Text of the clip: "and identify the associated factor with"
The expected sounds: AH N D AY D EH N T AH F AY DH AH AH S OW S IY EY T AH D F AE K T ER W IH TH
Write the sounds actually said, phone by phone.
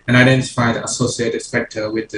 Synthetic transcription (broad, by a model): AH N AY D EH N T AH F AY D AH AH S OW S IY EY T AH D P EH K T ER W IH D